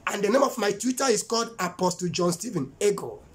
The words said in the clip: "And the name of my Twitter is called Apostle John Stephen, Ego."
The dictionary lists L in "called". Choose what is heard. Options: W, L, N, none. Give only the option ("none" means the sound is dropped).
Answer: L